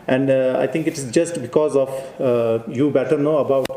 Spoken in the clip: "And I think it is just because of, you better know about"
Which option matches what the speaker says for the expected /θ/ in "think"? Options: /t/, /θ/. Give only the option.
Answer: /t/